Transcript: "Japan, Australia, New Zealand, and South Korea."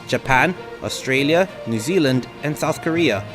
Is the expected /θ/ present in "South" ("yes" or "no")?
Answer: yes